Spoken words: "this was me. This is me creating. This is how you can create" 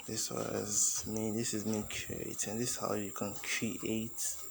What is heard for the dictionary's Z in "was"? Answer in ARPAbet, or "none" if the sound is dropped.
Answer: Z